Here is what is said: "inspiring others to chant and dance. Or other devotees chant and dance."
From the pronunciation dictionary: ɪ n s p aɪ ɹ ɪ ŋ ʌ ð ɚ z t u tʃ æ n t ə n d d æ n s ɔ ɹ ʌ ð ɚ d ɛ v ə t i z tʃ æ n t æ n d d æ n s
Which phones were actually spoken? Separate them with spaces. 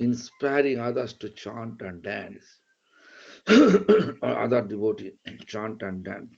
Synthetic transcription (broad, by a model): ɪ n s p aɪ ɹ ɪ ŋ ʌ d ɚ s t u tʃ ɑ n t ə n d d æ n s ɔ ɹ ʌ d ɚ d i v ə t i tʃ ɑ n t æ n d d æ n s